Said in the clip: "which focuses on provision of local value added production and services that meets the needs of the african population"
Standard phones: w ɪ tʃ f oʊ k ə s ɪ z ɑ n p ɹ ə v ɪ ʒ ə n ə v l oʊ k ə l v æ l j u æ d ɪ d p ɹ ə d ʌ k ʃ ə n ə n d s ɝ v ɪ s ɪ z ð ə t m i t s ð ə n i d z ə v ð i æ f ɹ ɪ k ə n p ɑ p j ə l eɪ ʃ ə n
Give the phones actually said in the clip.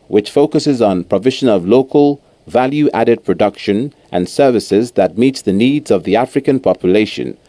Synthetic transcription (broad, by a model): w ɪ tʃ f oʊ k ə s ɪ z n p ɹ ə v ɪ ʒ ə n ə v l oʊ k ə l v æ l j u æ d ɪ d p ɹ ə d ʌ k ʃ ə n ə n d s ɝ v ɪ s ɪ z ð ə t m i t s ð ə n i d z ə v ð i æ f ɹ ɪ k ə n p ɑ p j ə l eɪ ʃ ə n